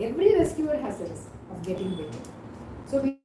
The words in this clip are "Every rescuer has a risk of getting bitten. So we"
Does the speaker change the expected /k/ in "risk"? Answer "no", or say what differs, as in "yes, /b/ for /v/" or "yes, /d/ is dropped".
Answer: yes, /k/ is dropped